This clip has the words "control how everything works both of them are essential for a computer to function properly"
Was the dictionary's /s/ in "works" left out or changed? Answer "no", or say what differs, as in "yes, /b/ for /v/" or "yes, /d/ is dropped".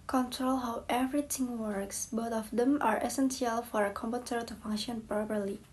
no